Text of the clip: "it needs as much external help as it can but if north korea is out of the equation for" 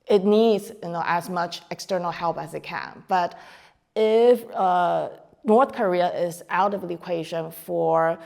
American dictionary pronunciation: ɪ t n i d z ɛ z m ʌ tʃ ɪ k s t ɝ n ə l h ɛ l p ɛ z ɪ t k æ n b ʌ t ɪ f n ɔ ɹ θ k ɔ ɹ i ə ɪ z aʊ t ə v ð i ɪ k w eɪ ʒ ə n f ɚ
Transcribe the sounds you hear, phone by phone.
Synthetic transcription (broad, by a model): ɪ t n i d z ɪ z m ʌ tʃ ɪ k s t ɝ n l h ɛ l p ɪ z ɪ t k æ n b ʌ t ɪ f n ɔ ɹ θ k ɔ ɹ i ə ɪ z aʊ t ə v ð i ɪ k w eɪ ʒ ə n f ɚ